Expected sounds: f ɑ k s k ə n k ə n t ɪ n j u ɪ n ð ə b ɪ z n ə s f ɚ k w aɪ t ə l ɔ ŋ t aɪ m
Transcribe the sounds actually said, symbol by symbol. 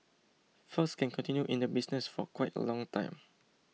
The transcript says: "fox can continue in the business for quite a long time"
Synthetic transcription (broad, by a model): f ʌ s k ə n k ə n t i n j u ɪ n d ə b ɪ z n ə s f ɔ k w aɪ t ə l ɔ ŋ t aɪ m